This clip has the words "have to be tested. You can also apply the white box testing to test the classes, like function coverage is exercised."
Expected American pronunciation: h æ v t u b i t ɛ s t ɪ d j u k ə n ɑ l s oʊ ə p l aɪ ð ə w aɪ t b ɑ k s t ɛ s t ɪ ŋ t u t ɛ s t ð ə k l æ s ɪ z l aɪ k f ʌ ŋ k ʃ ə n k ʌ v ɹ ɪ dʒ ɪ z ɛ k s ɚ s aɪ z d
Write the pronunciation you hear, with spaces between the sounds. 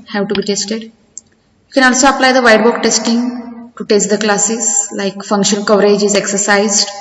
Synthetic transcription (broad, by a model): h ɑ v t u b i t ɛ s t ɪ d j u k ə n ɑ l s oʊ ə p l aɪ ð ə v aɪ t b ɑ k t ɛ s t ɪ ŋ t u t ɛ s t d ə k l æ s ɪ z l aɪ k f ʌ ŋ k ʃ ə n k ʌ v ɹ ɪ dʒ ɪ z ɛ k s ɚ s aɪ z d